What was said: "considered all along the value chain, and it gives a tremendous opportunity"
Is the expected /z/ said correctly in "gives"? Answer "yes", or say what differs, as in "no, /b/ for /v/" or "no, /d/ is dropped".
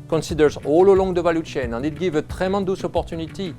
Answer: no, /z/ is dropped